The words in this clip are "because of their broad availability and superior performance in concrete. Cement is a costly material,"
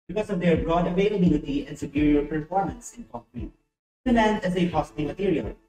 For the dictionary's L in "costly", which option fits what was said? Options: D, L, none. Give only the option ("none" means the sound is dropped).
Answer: none